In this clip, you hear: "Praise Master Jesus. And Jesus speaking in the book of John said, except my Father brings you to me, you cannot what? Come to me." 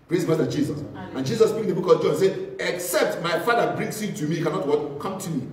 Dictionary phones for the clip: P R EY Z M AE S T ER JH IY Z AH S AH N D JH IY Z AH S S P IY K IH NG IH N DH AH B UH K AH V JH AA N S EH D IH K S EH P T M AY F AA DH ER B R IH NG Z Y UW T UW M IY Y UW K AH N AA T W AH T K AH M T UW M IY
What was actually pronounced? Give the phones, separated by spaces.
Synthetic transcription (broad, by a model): P R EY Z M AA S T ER JH IY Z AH S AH N JH IY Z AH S S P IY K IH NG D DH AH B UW K AH V JH AA N S EH IH K S EH P T M AY F AA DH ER B R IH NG S Y UW T UW M IY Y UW K AH N AA T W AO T K AH M T UW M IY